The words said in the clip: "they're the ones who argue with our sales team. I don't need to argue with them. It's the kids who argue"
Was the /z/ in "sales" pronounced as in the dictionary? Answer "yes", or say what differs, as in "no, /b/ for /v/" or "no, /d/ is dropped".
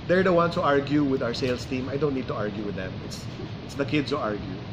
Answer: no, /s/ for /z/